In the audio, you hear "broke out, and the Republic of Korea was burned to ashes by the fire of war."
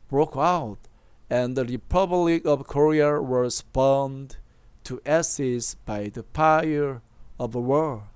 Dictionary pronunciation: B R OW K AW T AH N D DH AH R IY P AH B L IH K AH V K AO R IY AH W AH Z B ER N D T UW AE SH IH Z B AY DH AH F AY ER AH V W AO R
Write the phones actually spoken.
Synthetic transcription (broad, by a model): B R OW K AW T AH N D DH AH R IY P AH B L IH K AH V K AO R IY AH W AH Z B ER N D T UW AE S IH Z B AY DH AH P AY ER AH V W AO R